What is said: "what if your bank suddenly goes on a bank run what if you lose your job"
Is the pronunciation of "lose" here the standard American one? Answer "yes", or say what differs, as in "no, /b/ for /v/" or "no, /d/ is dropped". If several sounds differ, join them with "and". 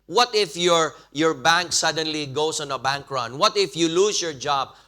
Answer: no, /s/ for /z/